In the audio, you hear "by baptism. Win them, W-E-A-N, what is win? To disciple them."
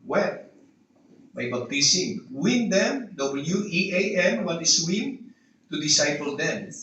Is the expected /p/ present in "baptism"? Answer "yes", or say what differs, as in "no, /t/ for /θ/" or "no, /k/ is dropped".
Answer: no, /b/ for /p/